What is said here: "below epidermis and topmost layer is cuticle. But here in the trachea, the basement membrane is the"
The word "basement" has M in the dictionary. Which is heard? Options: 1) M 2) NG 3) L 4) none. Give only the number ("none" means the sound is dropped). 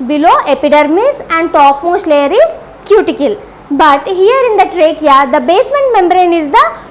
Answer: 1